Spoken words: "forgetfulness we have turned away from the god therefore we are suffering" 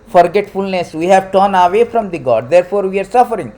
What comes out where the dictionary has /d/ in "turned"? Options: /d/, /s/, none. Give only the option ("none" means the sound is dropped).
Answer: none